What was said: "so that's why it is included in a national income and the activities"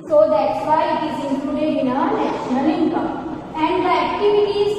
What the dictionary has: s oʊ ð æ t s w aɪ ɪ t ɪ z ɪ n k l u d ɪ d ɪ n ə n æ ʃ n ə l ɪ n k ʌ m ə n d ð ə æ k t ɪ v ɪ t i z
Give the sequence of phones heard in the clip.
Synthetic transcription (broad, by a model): s oʊ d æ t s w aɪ ɪ t ɪ z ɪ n k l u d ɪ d ɪ n ə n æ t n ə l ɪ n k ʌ ə n d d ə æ k t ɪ v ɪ t i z